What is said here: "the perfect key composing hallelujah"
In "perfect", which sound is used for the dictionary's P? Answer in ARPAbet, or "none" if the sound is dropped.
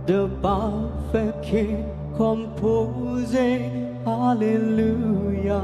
B